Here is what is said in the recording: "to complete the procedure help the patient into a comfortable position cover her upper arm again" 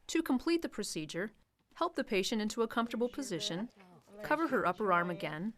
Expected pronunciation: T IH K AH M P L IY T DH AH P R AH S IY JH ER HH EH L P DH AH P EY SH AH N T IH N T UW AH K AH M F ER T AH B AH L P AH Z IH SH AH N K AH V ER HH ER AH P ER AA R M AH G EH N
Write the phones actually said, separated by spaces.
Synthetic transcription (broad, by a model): T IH K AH M P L IY T DH AH P R AH S IY JH ER HH EH L P DH AH P EY SH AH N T IH N T UW AH K AH M F T AH B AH L P AH Z IH SH AH N K AH V ER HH ER AH P ER AA R M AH G EH N